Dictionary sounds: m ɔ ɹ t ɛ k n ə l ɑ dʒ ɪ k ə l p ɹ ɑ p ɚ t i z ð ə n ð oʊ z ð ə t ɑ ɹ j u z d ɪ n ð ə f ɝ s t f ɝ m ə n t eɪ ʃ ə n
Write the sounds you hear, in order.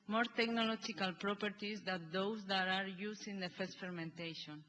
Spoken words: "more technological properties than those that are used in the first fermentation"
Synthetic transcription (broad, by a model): m ɔ ɹ t ɛ k n ə l ɑ dʒ ɪ k ə l p ɹ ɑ p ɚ t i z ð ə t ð oʊ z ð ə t ɑ ɹ j u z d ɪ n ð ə f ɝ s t f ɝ m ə n t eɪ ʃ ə n